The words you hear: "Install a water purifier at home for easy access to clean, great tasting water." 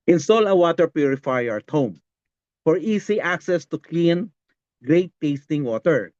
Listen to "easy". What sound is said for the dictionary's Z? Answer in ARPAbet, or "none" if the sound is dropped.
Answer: S